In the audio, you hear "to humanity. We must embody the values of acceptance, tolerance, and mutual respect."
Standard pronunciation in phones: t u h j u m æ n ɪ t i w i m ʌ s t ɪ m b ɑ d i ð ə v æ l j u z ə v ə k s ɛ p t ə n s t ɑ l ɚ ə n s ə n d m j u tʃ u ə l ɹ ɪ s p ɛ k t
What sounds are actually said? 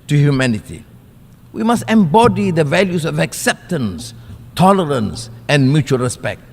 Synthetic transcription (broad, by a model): t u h j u m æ n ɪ t i w i m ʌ s t ɪ m b ɑ d i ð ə v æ l j u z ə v ə k s ɛ p t ə n s t ɑ l ɚ ə n s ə n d m j u tʃ u ə l ɹ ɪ s p ɛ k t